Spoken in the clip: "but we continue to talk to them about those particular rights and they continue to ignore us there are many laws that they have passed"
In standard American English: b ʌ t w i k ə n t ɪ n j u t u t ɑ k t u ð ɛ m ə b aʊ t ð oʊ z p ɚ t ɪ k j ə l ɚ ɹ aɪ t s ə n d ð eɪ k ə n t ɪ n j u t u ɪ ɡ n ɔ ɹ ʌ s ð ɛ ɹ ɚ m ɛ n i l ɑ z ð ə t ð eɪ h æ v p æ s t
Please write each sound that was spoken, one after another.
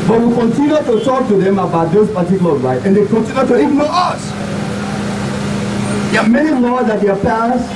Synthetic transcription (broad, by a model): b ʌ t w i k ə n t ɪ n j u t u t ɑ k t u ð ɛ m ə b aʊ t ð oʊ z p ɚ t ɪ k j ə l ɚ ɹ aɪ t ə n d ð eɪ k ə n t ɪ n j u t u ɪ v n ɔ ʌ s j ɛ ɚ m ɛ n i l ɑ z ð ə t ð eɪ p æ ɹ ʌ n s